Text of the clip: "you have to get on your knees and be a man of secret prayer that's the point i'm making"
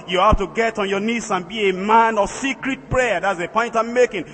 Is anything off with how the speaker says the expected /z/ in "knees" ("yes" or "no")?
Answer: yes